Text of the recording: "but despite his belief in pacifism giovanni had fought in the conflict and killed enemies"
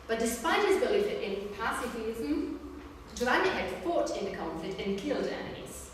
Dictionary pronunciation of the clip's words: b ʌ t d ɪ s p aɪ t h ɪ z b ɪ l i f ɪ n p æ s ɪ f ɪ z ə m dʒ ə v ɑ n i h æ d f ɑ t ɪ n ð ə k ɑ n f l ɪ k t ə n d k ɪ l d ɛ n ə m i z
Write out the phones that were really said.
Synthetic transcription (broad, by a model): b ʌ t d ɪ s p aɪ t h ɪ z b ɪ l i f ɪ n p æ s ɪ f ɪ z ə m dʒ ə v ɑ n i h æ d f ɑ t ɪ n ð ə k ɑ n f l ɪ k t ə n k ɪ l d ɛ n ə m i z